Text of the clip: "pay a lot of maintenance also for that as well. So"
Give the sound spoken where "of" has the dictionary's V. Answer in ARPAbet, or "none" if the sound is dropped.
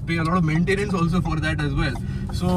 V